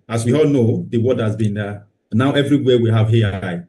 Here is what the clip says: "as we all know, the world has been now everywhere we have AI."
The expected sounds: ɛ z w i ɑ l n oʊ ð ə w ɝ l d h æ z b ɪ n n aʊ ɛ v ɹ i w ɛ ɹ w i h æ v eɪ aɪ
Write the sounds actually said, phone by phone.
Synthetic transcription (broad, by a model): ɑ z w i ɑ l n oʊ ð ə w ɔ d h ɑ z b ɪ n n aʊ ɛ v ɹ i w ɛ w i h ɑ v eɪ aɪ